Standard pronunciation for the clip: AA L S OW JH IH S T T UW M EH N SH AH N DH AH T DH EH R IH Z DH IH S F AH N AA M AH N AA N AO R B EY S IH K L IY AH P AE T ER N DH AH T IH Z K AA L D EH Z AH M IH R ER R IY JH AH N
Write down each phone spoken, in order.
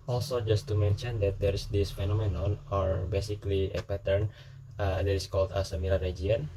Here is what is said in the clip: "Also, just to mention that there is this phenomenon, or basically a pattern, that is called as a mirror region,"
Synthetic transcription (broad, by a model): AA L S OW JH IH S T T UW M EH N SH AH N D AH T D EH R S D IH S F AH N AA M AH N AA N AO R B EY S IH K L IY AH P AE T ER N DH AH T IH S K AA L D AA S AH M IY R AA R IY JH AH N